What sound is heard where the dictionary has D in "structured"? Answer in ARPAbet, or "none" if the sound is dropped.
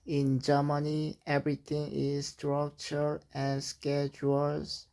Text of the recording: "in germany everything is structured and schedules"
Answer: none